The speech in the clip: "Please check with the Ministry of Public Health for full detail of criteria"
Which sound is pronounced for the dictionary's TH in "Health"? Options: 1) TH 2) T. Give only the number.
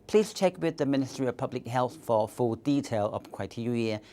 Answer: 1